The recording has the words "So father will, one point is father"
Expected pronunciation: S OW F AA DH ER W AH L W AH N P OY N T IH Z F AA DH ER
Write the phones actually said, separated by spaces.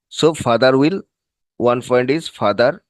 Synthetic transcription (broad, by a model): S OW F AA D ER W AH L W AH N F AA N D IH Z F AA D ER